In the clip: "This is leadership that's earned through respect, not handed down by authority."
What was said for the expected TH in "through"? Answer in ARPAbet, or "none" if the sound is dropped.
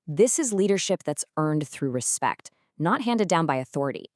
TH